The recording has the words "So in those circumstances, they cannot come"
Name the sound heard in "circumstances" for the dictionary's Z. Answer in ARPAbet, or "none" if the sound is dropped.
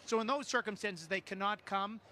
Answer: Z